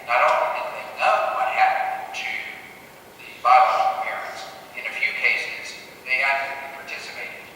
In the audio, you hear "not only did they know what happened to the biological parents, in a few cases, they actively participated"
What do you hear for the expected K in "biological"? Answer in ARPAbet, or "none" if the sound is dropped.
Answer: none